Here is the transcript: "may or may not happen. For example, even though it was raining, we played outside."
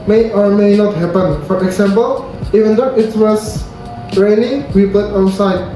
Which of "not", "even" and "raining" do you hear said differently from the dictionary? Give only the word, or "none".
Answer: raining